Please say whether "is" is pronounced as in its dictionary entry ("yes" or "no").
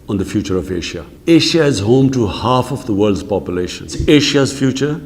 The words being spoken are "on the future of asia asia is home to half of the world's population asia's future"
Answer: yes